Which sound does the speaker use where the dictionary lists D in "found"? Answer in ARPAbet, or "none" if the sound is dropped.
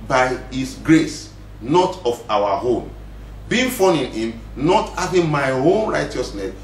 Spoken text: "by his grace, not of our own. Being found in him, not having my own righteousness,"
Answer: none